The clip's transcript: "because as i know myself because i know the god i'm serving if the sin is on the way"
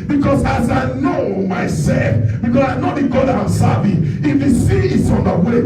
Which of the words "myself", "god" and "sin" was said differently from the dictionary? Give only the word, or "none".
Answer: sin